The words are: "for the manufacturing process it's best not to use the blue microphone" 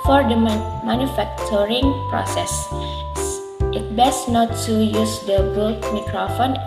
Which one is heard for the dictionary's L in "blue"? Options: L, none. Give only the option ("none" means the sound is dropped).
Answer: none